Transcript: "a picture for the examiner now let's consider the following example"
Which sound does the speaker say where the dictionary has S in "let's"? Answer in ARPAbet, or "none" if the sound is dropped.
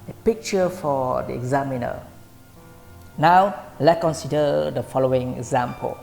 none